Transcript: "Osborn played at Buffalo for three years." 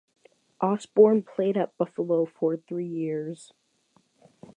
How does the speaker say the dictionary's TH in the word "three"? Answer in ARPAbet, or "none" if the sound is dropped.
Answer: TH